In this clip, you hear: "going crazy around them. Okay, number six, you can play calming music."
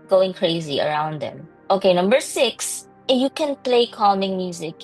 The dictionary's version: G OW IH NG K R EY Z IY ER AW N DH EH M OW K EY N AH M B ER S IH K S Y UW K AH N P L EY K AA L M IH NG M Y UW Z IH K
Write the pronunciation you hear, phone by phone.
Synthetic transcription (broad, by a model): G OW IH NG K R EY Z IY ER AW N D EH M OW K EY N AH M B ER S IH K S Y UW K AH N P L EY K AA L M IH NG M Y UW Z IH K